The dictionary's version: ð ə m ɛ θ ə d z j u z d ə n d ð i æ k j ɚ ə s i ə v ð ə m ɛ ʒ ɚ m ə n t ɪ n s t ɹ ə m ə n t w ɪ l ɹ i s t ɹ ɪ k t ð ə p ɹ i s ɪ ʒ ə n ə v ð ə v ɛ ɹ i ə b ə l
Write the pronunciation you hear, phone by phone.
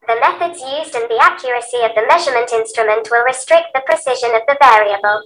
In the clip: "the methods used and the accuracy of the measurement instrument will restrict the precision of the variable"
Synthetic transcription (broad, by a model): ð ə m ɛ θ ə d z j u z d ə n ð i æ k j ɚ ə s i ə v ð ə m ɛ ʒ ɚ m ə n t ɪ n s t ɹ ə m ə n t w ɪ l ɹ i s t ɹ ɪ k t ð ə p ɹ i s ɪ ʒ ə n ə v ð ə v ɛ ɹ i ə b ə l